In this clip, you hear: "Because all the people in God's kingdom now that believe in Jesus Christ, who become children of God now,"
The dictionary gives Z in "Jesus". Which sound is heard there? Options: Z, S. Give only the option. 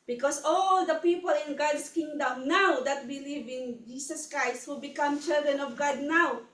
S